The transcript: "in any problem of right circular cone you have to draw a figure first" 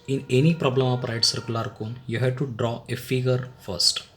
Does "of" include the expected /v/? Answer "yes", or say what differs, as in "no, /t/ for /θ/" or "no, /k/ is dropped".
no, /p/ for /v/